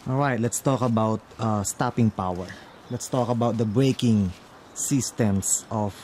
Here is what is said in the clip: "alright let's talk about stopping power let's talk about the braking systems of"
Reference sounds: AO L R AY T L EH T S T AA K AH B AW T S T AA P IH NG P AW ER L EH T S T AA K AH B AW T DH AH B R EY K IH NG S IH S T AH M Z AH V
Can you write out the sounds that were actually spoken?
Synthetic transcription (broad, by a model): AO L R AY T L EH T S T AA K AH B AW T S T AA P IH NG P AW ER L EH T S T AA K AH B AW T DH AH B R EY K IH NG S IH S T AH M S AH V